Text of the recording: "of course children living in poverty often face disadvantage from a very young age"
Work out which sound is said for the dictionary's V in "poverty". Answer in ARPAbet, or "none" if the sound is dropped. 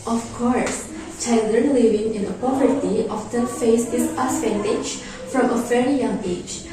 V